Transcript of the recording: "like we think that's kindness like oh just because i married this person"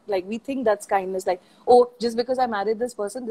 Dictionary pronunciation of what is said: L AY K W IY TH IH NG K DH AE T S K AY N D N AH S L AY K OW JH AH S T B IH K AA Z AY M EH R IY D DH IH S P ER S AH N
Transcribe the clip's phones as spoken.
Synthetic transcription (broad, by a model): L AY K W IY T IH NG K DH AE T S K AY N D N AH S L AY K OW JH AH S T B IH K AA Z AY M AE R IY D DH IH S P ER S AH N